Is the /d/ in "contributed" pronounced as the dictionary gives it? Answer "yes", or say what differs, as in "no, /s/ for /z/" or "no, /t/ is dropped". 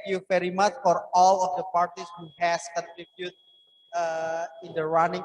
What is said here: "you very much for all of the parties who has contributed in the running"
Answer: no, /d/ is dropped